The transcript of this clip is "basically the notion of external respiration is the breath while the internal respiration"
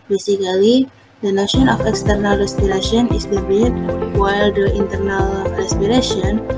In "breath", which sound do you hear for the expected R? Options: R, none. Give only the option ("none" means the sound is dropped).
none